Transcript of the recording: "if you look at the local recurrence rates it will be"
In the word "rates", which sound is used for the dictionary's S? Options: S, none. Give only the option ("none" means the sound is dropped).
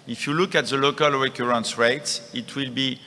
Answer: S